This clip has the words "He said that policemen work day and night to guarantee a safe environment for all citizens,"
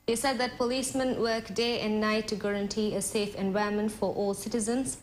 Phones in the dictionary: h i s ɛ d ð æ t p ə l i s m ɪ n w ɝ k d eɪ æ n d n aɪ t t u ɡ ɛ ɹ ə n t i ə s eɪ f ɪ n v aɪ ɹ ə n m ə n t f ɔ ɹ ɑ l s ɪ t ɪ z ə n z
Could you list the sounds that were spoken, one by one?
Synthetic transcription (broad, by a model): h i s ɛ d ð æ t p ə l i s m ɪ n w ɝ k d eɪ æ n d n aɪ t t u ɡ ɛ ɹ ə n t i ə s eɪ f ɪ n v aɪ ə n m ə n t f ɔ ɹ ɑ l s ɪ t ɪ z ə n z